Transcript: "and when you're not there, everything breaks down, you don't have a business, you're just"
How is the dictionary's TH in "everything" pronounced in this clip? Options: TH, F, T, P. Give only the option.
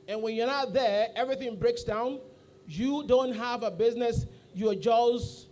TH